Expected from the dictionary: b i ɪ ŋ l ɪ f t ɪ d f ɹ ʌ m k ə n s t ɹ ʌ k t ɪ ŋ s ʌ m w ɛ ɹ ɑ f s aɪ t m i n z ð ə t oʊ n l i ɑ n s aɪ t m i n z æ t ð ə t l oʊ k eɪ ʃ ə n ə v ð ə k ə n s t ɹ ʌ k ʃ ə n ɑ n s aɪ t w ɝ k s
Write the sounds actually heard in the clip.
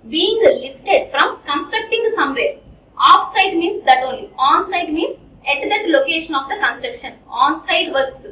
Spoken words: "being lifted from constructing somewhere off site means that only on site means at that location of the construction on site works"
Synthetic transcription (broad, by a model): b i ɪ ŋ l ɪ f t ɪ d f ɹ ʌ m k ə n s t ɹ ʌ k t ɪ ŋ s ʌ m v ɛ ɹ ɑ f s aɪ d m i n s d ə t oʊ n l i ɑ n s aɪ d m i n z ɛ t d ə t l oʊ k eɪ ʃ ə n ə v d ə k ə n s t ɹ ʌ k ʃ ə n ɑ n s aɪ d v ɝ k s